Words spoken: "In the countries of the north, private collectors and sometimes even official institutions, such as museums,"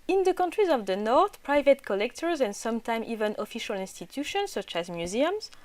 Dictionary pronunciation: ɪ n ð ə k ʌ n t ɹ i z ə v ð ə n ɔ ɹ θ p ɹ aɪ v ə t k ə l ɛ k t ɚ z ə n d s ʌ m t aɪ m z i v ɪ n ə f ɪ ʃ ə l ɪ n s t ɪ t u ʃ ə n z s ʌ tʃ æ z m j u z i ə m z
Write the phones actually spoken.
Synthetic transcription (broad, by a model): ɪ n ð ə k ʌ n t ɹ i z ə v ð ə n ɔ ɹ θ p ɹ aɪ v ə t k ə l ɛ k t ɚ z ə n d s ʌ m t aɪ m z i v ɪ n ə f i ʃ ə l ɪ n s t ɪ t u ʃ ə n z s ʌ tʃ æ z m j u z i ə m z